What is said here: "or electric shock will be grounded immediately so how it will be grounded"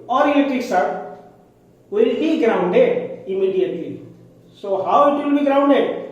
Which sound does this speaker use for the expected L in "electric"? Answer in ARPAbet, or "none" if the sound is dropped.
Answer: none